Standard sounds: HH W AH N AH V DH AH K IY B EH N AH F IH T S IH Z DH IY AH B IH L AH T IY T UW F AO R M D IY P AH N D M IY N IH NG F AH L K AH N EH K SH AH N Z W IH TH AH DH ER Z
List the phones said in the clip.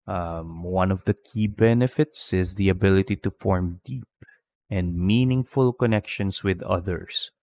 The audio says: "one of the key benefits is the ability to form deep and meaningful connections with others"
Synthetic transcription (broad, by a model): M W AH N AH V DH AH K IY B EH N AH F IH T S IH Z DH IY AH B IH L AH T IY T UW F AO R M D IY P AH N D M IY N IH NG F AH L K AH N EH K SH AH N S W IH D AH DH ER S